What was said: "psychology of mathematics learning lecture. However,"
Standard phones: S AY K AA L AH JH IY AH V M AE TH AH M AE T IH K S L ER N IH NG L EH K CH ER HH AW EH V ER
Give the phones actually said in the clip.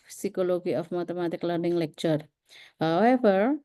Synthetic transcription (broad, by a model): S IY K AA L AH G IY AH F M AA T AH M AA T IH K L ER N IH NG L EH K CH ER HH AW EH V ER